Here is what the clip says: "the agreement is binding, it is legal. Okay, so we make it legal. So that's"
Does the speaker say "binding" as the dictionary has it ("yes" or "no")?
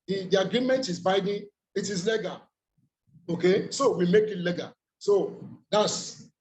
no